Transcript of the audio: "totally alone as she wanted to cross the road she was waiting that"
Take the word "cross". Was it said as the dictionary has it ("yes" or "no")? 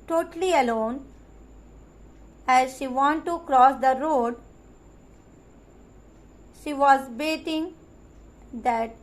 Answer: yes